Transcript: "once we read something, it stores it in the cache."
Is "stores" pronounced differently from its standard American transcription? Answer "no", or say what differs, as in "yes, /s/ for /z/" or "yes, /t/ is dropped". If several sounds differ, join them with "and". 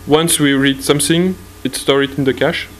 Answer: yes, /z/ is dropped